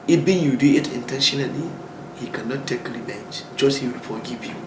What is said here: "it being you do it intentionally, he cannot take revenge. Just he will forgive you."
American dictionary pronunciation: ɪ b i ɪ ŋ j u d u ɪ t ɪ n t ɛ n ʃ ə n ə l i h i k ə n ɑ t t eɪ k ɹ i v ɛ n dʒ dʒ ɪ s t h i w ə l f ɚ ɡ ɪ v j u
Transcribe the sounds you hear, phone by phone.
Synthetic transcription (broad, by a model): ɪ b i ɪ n j u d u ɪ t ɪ n t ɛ n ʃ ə n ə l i h i k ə n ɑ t t eɪ k l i b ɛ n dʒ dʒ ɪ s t h i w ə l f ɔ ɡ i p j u